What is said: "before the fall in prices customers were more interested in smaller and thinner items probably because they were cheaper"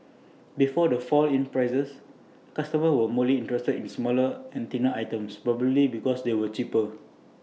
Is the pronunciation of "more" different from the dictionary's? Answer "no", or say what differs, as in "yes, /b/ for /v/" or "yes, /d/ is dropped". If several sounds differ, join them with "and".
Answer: yes, /l/ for /ɹ/